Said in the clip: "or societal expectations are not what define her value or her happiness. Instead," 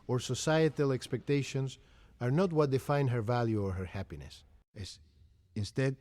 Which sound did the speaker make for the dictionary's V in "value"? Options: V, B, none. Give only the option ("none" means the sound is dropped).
V